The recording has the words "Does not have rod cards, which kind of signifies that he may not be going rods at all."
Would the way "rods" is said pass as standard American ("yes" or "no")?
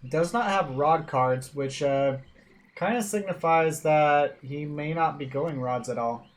yes